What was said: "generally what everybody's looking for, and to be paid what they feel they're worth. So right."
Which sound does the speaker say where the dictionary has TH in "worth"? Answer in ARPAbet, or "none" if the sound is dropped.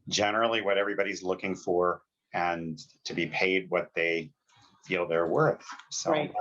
TH